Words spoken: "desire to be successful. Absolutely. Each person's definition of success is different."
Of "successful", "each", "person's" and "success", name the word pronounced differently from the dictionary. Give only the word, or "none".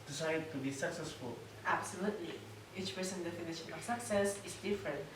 person's